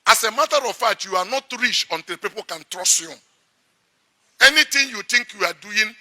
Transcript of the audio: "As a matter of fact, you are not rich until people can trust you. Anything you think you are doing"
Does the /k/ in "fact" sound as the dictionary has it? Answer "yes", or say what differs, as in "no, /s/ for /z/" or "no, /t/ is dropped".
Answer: no, /k/ is dropped